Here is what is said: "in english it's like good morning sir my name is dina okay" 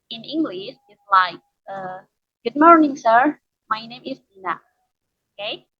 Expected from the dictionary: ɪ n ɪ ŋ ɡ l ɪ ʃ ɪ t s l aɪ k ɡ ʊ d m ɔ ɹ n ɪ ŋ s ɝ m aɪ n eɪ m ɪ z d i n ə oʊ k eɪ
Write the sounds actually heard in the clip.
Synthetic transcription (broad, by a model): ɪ n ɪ ŋ ɡ l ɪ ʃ ɪ t s l aɪ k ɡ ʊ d m ɔ ɹ n ɪ ŋ s ɝ m aɪ n eɪ m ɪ s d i n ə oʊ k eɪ